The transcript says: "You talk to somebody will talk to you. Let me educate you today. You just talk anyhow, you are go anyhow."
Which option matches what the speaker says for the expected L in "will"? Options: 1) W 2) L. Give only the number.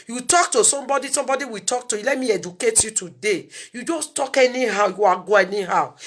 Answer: 1